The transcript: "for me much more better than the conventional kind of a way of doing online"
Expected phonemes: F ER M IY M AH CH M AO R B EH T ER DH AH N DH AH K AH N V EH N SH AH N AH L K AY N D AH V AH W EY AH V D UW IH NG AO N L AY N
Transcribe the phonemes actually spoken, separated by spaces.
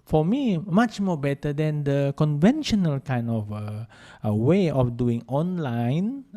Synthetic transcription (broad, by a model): F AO M IY M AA CH M AO B EH T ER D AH N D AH K AH N V EH N SH AH N AH L K AY N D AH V AH W EY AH F D UW IH NG AO N L AY N